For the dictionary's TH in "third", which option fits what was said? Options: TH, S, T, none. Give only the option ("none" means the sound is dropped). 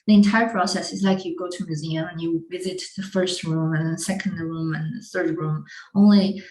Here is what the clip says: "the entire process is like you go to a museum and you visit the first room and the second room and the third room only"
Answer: TH